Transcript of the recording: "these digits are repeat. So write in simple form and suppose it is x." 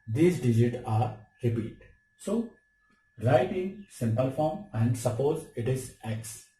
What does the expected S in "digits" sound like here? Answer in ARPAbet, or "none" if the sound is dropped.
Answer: none